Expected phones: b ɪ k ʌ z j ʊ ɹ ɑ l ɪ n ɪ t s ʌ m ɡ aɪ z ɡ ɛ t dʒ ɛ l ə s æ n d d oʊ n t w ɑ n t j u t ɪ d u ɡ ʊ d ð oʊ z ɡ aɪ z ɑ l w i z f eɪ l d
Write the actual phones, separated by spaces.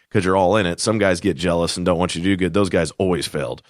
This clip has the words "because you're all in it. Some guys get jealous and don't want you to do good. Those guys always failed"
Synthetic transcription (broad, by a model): k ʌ z j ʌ ɹ ɑ l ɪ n ɪ t s ʌ m ɡ aɪ z ɡ ɛ t dʒ ɛ l ə s n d d oʊ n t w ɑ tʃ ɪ t ɪ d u ɡ ʊ d ð oʊ z ɡ aɪ z ɑ l w i z f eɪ l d